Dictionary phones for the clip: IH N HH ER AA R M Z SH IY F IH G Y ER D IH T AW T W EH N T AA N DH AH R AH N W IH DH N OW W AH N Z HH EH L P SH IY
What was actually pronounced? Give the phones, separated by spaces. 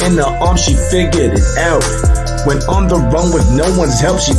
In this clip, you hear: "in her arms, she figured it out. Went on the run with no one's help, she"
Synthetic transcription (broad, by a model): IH N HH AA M SH IY F IH G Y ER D IH T AW T W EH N AA N DH AH R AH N W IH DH N OW W AH N Z HH EH L P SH IY